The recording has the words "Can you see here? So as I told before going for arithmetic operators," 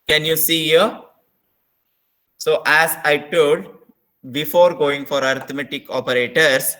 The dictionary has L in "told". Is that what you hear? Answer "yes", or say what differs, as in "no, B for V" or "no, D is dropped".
no, L is dropped